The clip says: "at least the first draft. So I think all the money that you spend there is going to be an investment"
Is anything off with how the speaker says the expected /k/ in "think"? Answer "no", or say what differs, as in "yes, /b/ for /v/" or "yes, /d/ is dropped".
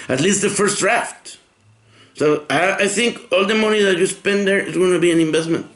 no